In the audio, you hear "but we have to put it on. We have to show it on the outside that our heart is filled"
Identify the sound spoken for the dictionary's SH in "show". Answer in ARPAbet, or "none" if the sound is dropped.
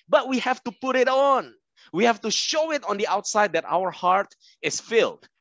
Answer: SH